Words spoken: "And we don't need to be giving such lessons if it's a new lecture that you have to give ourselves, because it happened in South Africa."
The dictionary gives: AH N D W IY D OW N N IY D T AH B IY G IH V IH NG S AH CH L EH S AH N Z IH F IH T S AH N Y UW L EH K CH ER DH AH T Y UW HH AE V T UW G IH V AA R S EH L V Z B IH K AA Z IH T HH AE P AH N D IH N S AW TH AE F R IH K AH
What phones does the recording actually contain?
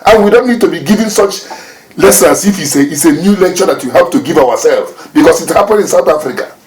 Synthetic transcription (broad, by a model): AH N W IY D OW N N IY D T AH B IY G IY V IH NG S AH CH L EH S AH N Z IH F IH T S AH N Y UW L EH K CH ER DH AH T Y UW HH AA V T UW G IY V AA W S EH L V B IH K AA S IH T HH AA P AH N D IH N S AW TH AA F R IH K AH